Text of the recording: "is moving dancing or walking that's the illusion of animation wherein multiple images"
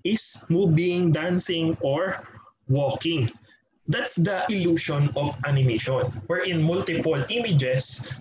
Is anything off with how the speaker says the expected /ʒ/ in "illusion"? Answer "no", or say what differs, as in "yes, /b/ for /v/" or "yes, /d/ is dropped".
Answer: yes, /ʃ/ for /ʒ/